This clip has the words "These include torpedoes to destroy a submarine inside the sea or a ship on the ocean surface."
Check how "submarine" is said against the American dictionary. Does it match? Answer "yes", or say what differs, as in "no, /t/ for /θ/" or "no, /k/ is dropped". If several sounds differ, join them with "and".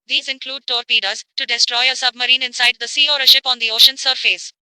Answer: yes